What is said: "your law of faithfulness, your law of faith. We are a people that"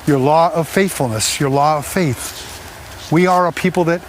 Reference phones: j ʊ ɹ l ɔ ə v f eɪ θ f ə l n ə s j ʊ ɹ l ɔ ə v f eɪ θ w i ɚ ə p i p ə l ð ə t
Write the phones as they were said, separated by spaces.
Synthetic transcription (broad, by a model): j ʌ ɹ l ɔ ə v f eɪ θ f l n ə s j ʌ ɹ l ɔ ə v f eɪ θ w i ɚ ə p i p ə l ð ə t